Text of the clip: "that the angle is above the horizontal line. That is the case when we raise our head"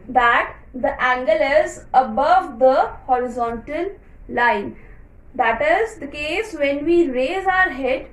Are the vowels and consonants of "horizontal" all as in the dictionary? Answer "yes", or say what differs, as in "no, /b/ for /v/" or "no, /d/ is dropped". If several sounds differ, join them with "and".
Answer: yes